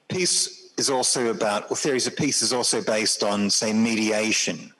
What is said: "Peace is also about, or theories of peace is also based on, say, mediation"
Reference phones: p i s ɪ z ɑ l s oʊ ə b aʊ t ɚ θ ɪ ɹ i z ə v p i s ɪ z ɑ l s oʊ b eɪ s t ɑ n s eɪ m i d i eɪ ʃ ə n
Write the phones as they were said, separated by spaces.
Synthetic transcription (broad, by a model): p i s ɪ z ɑ l s oʊ ə b aʊ t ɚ θ ɪ ɹ i z ə v p i s ɪ z ɑ l s oʊ b eɪ s t n s eɪ m i d i eɪ ʃ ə n